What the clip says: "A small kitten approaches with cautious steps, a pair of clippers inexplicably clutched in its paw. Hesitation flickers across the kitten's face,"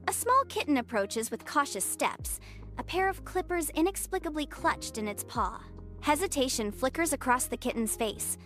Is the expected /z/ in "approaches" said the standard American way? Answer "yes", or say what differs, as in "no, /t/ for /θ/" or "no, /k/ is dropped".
yes